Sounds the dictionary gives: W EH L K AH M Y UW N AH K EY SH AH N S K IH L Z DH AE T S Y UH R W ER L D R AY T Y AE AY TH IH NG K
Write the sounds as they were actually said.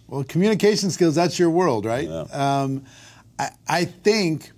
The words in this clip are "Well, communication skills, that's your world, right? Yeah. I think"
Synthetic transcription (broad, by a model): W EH L K M Y UW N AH K EY SH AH N S K IH L Z DH AE T S Y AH R W ER L D R AY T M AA AY TH IH NG K